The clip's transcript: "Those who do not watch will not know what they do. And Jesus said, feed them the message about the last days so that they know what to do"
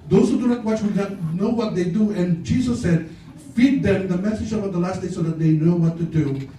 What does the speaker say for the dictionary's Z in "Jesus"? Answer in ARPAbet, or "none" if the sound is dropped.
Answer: S